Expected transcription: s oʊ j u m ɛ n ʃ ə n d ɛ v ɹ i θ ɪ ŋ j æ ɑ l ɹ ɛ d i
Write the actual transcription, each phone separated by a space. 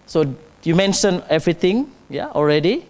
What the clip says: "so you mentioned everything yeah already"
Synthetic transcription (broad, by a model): s oʊ j u m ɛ n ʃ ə n ɛ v ɹ i t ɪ ŋ j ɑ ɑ l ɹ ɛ d i